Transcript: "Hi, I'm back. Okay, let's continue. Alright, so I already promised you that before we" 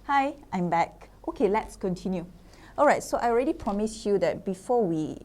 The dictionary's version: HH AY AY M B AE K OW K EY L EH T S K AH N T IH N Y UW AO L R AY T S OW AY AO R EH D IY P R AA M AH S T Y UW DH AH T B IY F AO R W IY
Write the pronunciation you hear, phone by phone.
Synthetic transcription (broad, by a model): HH AY AY M B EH K OW K EY L EH T S K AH N T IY N Y UW AO L R AY T S OW AY AO R EH D IY P R AA M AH S Y UW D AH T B IY F AO W IY